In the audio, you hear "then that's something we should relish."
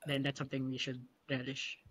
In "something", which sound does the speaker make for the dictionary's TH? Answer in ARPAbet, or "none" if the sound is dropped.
TH